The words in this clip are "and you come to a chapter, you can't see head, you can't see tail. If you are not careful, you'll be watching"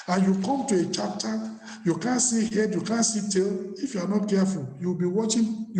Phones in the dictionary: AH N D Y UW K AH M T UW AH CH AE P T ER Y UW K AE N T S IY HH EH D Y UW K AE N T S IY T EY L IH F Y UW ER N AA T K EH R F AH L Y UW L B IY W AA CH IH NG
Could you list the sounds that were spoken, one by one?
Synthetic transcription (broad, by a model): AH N Y UW K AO M T UW AH CH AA P T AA Y UW K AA N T S IY HH EH D Y UW K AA N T S IY T EY L IH F Y UW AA N AA T K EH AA F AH L Y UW W B IY W AA CH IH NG